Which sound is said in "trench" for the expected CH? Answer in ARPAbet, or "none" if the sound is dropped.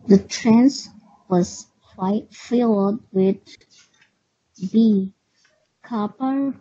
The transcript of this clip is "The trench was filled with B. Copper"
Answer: S